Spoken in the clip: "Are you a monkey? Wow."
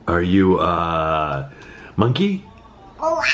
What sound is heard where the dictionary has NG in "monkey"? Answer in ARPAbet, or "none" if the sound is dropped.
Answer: NG